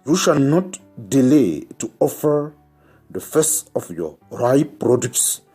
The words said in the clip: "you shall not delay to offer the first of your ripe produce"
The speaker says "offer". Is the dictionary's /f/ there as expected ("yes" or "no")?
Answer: yes